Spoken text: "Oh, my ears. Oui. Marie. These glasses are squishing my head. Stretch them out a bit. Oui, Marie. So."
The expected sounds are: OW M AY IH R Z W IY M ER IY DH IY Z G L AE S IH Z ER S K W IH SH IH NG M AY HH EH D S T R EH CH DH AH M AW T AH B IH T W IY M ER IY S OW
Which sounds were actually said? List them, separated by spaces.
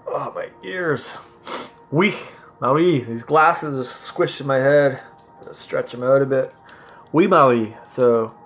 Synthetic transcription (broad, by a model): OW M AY IH R Z W IY M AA IY DH IY Z G L AE S IH Z ER S K W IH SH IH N M AY HH EH D S T R EH CH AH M AW T AH B IH T W IY M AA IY S OW